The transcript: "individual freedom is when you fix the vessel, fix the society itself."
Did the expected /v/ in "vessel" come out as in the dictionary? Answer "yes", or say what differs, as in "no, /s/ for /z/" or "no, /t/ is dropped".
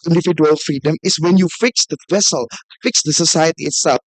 yes